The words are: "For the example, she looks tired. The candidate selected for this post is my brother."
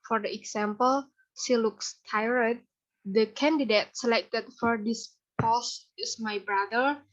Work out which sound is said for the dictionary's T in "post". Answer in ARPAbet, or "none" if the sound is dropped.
none